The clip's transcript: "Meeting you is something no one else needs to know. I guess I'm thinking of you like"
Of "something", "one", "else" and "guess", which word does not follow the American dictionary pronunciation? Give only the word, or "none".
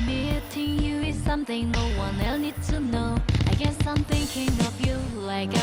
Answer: else